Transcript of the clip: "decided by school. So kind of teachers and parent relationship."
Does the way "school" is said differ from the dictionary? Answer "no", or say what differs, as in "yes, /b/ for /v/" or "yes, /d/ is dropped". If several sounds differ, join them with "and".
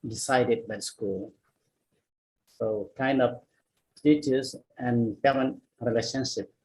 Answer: no